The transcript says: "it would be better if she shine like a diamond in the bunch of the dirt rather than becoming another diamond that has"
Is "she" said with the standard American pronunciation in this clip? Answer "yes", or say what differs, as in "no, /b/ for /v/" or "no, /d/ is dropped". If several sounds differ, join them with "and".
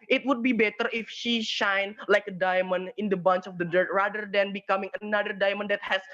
yes